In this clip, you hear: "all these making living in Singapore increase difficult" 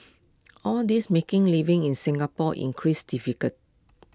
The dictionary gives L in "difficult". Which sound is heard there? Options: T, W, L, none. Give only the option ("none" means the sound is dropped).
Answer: none